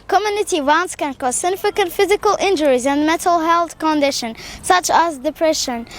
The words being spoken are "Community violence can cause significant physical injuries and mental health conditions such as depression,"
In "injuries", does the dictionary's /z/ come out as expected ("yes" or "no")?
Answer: yes